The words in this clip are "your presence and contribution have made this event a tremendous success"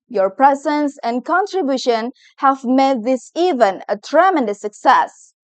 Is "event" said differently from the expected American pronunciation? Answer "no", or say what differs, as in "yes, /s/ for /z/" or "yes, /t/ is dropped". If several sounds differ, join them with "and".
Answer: yes, /t/ is dropped